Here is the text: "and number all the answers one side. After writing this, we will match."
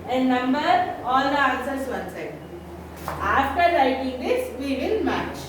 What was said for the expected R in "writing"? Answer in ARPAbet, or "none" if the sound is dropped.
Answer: L